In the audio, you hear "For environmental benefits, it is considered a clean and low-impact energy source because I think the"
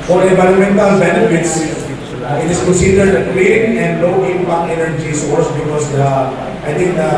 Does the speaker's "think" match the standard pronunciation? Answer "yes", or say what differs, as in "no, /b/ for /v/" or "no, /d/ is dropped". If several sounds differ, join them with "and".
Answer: no, /t/ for /θ/